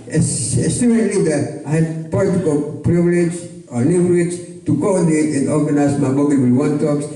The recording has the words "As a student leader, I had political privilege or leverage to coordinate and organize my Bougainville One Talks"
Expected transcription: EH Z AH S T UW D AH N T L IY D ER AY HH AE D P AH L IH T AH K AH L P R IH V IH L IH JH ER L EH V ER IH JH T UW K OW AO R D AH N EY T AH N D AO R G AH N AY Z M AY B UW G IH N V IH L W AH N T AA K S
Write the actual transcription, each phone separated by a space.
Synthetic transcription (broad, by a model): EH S AH S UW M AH T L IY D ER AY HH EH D P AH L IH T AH K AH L P R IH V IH L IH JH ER N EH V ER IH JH T UW K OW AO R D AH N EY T AH N D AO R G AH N AY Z M AY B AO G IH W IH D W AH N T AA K S